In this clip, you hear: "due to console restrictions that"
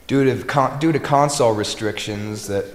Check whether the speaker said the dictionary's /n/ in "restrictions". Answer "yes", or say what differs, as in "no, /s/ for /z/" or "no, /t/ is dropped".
yes